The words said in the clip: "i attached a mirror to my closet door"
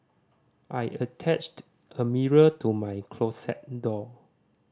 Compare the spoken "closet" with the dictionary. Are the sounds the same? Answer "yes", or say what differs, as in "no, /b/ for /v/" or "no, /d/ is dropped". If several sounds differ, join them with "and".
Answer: no, /s/ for /z/